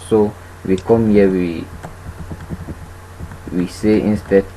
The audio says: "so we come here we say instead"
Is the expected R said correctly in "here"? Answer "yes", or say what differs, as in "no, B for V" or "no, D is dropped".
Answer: no, W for R